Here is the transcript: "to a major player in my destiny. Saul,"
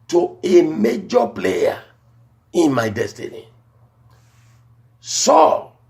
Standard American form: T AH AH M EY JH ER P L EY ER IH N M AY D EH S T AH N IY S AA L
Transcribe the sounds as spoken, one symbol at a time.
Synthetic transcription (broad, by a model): T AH AH M EY JH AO P L EY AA IH N M AY D EH S T AH N IY S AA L